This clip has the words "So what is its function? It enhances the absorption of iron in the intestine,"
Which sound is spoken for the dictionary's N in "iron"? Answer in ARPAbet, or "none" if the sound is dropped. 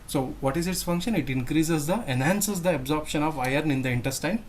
N